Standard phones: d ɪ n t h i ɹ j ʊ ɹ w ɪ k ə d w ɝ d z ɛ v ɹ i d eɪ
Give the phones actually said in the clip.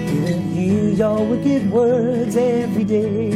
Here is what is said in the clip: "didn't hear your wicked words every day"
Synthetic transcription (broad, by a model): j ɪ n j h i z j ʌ l w ɪ k ə d w ɝ d z ɛ v ɹ i d eɪ